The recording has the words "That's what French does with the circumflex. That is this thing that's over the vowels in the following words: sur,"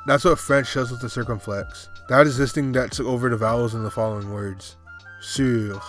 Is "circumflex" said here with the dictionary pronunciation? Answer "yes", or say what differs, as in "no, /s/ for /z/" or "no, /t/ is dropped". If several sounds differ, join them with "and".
yes